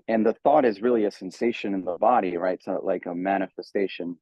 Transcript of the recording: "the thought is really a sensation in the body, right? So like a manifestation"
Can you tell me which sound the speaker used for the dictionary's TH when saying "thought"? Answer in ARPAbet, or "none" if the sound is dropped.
TH